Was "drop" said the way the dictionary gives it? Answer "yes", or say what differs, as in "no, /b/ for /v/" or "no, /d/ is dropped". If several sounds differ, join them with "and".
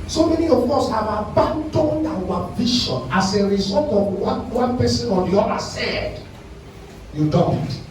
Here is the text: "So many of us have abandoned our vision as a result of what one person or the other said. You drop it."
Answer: no, /ɹ/ is dropped